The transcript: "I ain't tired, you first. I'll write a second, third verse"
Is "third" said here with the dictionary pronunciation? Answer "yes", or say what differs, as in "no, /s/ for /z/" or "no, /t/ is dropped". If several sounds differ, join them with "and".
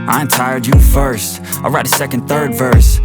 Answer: yes